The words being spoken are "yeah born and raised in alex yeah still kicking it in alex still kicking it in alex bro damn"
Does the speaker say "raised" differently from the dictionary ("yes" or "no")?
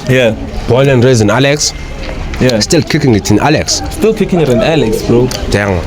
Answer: yes